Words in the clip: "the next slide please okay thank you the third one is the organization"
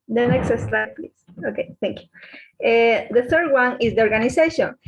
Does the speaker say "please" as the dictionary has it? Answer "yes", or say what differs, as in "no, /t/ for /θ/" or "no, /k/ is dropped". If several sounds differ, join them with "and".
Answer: no, /s/ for /z/